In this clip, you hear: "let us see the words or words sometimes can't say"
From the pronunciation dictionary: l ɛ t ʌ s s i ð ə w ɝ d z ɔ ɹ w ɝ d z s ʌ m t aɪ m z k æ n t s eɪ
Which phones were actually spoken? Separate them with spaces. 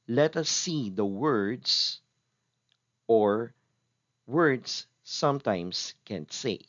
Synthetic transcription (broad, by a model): l ɛ t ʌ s s i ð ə w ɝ d s ɔ ɹ w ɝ d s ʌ m t aɪ m s k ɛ n s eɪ